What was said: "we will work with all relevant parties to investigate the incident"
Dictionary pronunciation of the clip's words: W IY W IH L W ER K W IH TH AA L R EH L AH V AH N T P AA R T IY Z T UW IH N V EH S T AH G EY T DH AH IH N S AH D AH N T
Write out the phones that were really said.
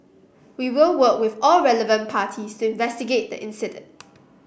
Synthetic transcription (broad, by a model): W IY W IH L W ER K W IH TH AA L R EH L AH V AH N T P AA T IY S T UW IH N V EH S T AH G EY T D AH IH N S AH D AH N T